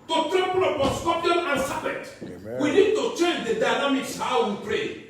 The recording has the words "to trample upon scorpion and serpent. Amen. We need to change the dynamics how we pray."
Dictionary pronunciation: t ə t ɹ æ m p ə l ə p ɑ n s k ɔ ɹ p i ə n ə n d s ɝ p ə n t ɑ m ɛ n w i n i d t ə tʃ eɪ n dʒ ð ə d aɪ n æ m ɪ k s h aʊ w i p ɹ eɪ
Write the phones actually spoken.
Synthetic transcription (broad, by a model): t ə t ɹ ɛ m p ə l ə ɑ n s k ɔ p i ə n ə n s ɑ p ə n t w i n i d t ə tʃ eɪ n dʒ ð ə d aɪ n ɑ m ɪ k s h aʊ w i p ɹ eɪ